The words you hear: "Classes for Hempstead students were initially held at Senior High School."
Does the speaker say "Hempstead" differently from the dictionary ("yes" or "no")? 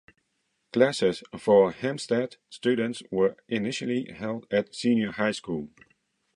yes